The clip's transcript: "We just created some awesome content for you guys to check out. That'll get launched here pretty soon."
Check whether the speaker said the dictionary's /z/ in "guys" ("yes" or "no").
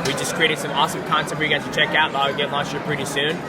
no